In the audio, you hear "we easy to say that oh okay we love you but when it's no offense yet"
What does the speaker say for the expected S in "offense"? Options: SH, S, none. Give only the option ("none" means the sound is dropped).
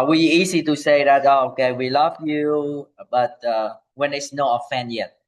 none